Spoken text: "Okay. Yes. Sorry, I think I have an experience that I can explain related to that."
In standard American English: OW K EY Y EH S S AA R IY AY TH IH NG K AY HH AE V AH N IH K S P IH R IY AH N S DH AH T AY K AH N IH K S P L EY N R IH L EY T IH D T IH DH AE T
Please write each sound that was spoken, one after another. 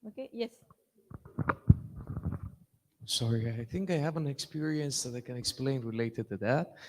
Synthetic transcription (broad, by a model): OW K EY Y EH S S AA R IY AY TH IH NG K AY HH AE V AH N IH K S P IH R IY AH N S DH AH T AY K AH N IH K S P L EY N R IH L EY T IH D T IH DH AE T